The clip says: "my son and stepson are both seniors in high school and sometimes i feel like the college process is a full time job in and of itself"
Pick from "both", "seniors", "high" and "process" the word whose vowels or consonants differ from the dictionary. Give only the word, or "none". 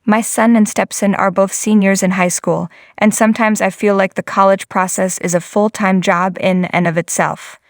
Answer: none